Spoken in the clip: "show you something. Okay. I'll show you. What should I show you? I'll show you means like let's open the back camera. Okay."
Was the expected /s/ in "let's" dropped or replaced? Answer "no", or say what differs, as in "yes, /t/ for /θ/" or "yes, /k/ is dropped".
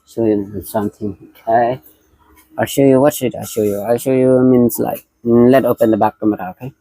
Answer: yes, /s/ is dropped